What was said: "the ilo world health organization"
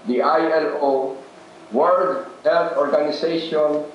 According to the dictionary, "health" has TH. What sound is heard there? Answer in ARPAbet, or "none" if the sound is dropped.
F